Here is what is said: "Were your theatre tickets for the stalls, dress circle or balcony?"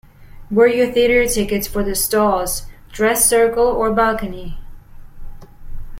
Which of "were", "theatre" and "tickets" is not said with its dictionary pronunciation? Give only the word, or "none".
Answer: none